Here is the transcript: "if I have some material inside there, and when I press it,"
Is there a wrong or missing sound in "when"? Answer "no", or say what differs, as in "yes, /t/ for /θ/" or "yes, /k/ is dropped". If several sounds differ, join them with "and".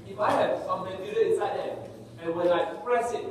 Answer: yes, /l/ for /n/